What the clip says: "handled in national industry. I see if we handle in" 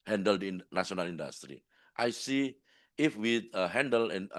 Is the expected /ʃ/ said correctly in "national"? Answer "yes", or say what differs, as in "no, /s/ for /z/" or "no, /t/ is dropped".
no, /s/ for /ʃ/